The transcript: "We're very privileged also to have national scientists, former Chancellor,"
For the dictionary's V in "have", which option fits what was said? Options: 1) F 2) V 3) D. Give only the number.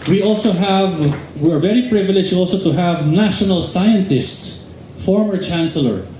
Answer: 2